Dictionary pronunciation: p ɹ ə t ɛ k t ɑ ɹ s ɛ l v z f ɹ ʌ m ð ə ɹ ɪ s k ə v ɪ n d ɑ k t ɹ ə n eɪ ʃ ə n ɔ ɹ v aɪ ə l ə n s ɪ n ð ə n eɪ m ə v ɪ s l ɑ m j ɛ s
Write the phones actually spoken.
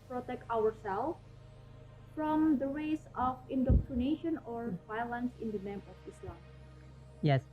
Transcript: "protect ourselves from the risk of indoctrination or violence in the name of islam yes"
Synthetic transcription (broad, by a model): p ɹ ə t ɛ k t ɑ ɹ s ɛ l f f ɹ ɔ m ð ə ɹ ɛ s ə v ɪ n d ɑ k t ɹ ə n eɪ ʃ ə n ɔ ɹ v aɪ ə l ə n s ɪ n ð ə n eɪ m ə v ɪ s l ɑ m j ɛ s